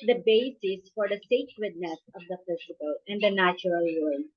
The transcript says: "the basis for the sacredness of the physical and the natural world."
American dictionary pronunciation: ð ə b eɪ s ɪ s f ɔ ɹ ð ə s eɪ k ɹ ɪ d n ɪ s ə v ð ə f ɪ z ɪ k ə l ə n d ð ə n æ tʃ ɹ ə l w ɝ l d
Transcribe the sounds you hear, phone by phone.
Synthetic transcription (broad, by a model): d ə b eɪ s ɪ s f ɔ ɹ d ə s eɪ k w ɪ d n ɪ s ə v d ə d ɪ s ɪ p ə l ə n d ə n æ tʃ ɹ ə l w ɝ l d